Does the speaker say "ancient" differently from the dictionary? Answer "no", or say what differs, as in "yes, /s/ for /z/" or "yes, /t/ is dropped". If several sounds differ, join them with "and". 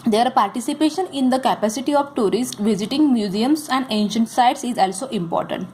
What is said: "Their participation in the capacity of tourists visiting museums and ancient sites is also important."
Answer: no